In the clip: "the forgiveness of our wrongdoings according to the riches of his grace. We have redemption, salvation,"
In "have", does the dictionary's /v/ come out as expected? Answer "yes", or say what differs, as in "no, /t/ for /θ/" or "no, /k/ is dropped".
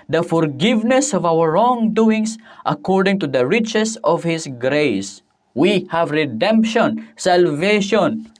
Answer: yes